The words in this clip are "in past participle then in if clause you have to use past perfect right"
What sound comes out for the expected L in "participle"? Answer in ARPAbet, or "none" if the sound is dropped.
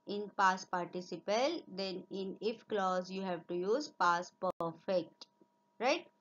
L